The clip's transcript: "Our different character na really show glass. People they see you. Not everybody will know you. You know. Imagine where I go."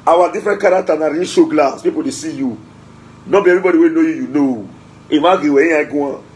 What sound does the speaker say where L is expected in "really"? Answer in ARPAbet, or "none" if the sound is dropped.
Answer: none